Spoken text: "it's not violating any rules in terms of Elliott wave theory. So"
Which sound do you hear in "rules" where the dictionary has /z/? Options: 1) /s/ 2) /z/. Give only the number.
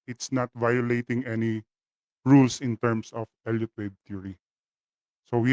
1